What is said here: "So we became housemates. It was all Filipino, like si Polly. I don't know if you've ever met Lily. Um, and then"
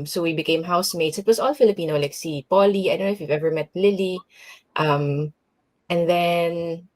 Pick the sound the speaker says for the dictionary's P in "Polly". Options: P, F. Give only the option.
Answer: P